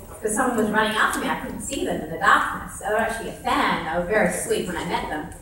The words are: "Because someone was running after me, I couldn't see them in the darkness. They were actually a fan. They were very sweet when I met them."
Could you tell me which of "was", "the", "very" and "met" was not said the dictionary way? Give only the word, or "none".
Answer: none